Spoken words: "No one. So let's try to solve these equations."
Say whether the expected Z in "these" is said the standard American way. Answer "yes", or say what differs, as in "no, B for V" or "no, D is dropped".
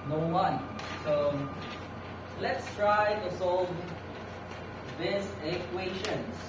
no, S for Z